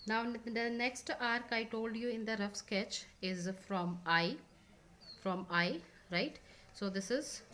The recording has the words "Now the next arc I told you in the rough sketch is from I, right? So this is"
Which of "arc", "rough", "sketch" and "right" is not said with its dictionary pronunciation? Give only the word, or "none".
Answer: none